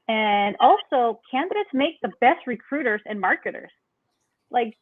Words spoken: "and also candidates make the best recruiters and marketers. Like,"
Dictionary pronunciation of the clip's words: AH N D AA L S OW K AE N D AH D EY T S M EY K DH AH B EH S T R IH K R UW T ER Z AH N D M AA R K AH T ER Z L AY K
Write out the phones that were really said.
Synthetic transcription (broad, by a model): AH N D AA L S OW K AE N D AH D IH T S M EY K DH AH B EH S T R IH K R UW T ER Z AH N M AA R K AH T ER Z L AY K